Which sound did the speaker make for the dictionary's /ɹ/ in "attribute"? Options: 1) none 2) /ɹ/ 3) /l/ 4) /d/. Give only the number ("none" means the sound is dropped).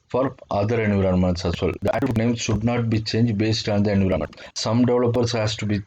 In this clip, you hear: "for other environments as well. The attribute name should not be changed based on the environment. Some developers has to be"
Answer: 1